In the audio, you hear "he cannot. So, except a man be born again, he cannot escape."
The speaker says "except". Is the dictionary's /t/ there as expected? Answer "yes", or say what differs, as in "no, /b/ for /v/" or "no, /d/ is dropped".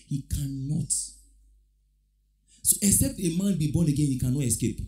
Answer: yes